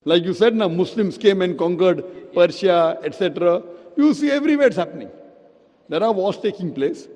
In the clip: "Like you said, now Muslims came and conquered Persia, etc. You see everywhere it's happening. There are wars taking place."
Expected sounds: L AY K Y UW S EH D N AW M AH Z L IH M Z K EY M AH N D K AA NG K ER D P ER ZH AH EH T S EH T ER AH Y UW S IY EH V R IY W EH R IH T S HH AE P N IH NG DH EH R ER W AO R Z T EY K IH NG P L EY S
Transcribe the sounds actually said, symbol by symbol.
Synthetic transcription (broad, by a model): L AY K Y UW S EH D N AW M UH S L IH M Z K EY M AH N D K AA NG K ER D P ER SH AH EH T S EH T ER AH Y UW S IY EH V R IY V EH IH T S HH AE P N IH NG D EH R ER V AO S T EY K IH NG P L EY S